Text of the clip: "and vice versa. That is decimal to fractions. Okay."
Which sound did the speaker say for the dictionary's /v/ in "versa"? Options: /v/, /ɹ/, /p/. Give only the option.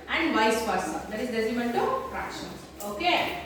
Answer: /p/